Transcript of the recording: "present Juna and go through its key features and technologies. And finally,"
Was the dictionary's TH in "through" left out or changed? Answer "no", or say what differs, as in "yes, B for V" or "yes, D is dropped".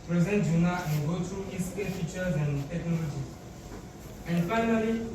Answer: yes, T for TH